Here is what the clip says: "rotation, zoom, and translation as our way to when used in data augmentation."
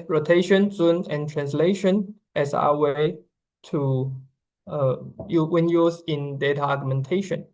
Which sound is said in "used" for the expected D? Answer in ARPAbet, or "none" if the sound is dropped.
none